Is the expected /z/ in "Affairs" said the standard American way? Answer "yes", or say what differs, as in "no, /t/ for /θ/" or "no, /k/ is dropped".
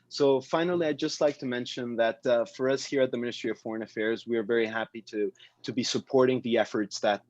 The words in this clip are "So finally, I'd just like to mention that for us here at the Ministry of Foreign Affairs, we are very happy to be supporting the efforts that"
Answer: yes